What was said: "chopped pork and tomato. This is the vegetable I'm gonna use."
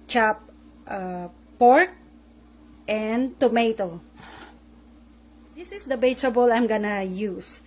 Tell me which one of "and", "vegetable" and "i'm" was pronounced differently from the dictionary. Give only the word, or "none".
vegetable